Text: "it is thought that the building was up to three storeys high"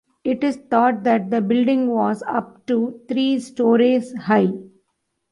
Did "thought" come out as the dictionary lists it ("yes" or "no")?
no